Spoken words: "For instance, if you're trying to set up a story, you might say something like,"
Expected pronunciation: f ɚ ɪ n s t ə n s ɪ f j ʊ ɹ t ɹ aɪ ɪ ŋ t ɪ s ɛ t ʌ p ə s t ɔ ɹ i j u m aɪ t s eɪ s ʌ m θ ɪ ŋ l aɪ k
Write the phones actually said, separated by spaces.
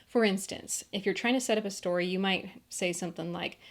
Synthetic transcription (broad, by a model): f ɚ ɪ n s t ə n s ɪ f j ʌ ɹ t ɹ aɪ ɪ ŋ t ɪ s ɛ t ʌ p ə s t ɔ ɹ i j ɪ m aɪ t s eɪ s ʌ m θ ɪ ŋ l aɪ k